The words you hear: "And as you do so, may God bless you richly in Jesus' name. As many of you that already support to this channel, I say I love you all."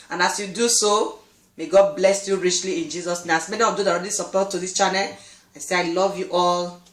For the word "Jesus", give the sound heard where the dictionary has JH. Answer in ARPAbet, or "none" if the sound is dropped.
JH